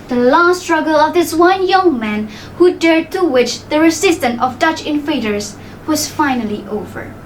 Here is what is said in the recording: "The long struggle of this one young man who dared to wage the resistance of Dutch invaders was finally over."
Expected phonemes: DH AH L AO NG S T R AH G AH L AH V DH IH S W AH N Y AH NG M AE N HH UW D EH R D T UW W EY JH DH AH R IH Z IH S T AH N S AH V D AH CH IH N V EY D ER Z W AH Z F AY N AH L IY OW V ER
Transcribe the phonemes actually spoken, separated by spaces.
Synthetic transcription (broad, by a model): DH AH L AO S T R AH G AH L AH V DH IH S W AH N Y AH NG M AE N HH UW D EH R D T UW W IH CH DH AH R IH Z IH S T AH N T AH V D AH CH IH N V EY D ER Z W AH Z F AY N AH L IY OW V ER